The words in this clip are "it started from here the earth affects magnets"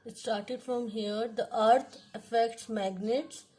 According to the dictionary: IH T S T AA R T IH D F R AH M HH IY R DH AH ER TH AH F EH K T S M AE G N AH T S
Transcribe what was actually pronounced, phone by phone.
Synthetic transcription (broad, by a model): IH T S T AA R T IH D F R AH M HH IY R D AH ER T AH F EH K T S M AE G N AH T S